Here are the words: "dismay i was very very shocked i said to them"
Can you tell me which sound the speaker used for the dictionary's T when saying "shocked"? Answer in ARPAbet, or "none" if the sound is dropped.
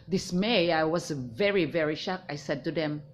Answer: none